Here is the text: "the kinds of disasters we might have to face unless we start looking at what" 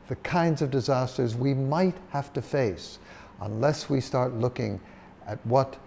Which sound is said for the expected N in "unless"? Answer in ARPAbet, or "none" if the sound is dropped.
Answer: N